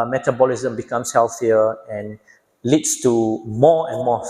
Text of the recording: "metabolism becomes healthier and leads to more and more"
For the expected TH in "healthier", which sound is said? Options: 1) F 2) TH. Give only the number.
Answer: 1